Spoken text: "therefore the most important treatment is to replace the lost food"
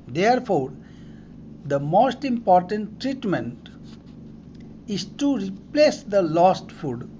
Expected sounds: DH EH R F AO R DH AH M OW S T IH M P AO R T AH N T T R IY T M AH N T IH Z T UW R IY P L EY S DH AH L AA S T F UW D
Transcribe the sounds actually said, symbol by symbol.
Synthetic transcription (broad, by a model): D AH R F AO R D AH M OW S T IH M P AO R T AH N T T R IY T M AH N T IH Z T UW R IY P L EY S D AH L AA S T F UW D